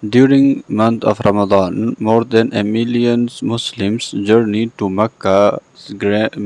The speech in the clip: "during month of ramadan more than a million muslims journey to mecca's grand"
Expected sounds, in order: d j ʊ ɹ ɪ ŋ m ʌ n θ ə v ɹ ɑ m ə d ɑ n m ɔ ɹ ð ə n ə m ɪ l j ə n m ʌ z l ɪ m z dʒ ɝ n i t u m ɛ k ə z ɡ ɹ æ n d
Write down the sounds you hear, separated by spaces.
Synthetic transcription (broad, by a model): d j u ɹ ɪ ŋ m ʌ n t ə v ɹ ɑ m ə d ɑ n m ɔ ɹ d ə n ə m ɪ l j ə n m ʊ s l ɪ m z dʒ ɝ n i t u m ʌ k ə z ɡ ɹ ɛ